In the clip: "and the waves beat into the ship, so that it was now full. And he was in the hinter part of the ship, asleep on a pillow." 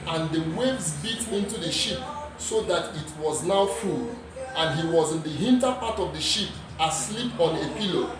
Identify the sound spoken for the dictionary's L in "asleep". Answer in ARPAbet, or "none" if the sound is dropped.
L